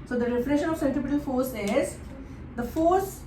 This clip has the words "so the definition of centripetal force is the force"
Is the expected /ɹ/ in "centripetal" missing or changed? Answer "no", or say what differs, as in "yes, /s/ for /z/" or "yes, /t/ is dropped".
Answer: yes, /ɹ/ is dropped